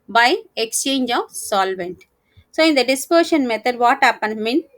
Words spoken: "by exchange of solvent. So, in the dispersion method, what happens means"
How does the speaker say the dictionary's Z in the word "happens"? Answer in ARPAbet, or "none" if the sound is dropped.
none